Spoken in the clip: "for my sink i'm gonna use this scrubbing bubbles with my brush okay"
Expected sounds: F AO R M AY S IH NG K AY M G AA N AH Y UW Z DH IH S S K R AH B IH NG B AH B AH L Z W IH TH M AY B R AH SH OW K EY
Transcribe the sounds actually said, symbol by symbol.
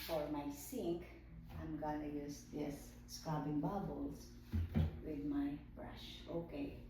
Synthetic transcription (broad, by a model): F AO R M AY S IH NG K AY M G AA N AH Y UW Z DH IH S S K AA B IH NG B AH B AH L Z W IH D M AY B R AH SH OW K EY